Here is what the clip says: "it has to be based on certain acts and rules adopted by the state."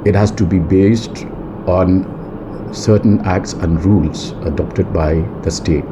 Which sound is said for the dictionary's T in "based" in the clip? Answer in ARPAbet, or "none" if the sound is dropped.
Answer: T